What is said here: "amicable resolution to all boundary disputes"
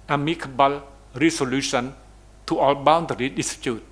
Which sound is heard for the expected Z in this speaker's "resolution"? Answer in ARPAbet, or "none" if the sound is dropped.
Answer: S